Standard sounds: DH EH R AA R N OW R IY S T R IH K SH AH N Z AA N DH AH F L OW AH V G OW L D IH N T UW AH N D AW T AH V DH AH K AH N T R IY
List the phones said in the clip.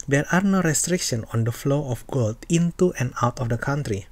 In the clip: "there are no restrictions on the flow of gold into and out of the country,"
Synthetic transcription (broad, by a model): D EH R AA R N OW R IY S T R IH K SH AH N AA N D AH F L OW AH F G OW L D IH N T UW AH N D AW T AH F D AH K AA N T R IY